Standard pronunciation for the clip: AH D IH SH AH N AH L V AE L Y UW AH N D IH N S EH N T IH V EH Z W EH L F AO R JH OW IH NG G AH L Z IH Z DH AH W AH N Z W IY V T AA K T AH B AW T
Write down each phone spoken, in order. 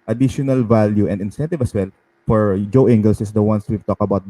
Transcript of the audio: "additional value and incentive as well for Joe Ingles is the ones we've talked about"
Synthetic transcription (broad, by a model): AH D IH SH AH N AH L V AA L Y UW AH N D IH N S EH N T IH V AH S W EH L F AO R JH OW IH NG G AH L S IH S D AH W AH N S W IY V T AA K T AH B AW T